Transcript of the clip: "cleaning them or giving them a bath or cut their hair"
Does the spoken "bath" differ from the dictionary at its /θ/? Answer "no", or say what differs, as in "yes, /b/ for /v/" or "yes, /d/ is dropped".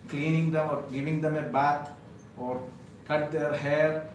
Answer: yes, /t/ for /θ/